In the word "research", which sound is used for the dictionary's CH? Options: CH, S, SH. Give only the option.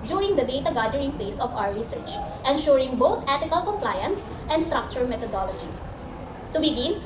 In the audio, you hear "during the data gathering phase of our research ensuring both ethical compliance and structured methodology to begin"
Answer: CH